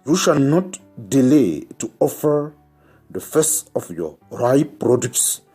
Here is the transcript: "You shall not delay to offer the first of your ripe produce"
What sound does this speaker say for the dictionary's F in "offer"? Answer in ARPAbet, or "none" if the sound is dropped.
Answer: F